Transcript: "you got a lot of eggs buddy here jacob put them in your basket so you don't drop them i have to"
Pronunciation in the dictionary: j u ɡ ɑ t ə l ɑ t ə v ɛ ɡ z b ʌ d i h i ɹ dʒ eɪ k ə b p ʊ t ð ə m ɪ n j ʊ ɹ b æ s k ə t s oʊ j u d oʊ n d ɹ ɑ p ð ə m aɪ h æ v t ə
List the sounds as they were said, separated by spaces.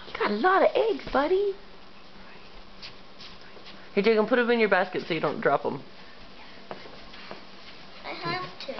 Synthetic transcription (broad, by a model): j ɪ ɡ ɑ t ə l ɑ t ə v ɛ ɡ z b ʌ d i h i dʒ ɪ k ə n p ʊ t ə m ɪ n j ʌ ɹ b æ s k ə t s oʊ j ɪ d oʊ n d ɹ ɑ p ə m aɪ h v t